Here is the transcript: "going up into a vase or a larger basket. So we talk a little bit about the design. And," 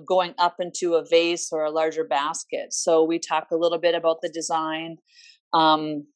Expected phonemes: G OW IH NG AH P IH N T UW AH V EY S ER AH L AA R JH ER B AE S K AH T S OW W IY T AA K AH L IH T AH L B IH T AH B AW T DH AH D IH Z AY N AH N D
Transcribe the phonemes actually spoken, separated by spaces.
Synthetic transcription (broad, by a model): G OW IH NG AH P IH N T UW AH V EY S ER AH L AA R JH ER B AE S K AH T S OW W IY T AA K AH L IH T L B IH T AH B AW T DH AH D IH Z AY N AH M